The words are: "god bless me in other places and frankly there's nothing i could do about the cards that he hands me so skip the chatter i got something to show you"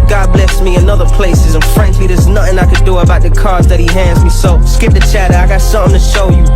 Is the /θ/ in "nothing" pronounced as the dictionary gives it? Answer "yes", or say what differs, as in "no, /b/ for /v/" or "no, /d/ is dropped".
yes